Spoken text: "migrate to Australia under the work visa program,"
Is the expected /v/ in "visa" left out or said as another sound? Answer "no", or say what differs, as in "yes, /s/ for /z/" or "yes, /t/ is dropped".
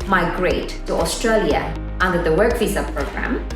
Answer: yes, /f/ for /v/